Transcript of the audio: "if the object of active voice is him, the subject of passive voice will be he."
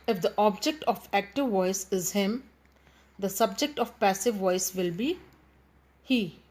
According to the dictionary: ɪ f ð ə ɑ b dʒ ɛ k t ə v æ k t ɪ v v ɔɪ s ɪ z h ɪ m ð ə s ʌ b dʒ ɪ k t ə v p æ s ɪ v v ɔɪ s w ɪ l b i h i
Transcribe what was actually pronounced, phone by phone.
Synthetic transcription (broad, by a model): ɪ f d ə ɑ b dʒ ɛ k t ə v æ k t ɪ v v ɔɪ s ɪ z h ɪ m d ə s ʌ b dʒ ɪ k t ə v p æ s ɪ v v ɔɪ s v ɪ l b i h i